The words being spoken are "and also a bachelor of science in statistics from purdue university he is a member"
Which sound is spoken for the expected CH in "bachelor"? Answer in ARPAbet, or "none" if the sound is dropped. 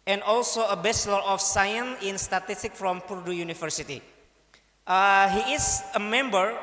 S